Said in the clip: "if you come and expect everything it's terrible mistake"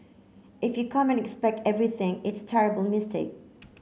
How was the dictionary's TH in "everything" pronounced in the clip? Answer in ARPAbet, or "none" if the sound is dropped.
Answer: TH